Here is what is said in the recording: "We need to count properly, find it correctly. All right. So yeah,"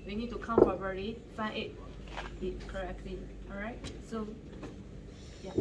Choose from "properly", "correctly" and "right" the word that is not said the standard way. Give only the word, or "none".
properly